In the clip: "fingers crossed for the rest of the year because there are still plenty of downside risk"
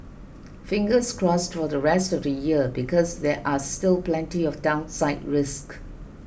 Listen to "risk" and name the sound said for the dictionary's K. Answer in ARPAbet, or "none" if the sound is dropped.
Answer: K